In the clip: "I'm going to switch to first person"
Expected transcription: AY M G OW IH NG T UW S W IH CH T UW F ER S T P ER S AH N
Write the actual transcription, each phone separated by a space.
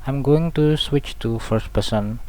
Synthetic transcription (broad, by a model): AY M G OW IH NG T UW S W IH CH T UW F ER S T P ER S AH N